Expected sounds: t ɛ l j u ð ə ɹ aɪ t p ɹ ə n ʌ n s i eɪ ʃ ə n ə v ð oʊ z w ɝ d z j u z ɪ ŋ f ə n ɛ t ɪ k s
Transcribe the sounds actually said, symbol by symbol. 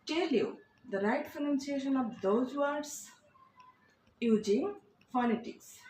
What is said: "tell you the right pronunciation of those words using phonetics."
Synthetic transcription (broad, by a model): t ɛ l j u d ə ɹ aɪ t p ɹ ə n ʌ n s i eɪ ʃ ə n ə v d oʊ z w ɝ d s j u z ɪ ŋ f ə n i t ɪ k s